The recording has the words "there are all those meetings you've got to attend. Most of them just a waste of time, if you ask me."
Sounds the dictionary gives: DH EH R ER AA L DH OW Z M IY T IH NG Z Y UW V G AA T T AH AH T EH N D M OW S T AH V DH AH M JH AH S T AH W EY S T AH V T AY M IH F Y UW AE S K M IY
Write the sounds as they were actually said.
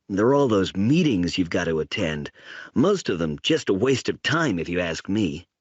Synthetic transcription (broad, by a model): DH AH R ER AA L DH OW Z M IY T IH NG Z Y UW V G AA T T AH AH T EH N D M OW S T AH V DH AH M JH AH S T AH W EY S T AH V T AY M IH F Y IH AE S K M IY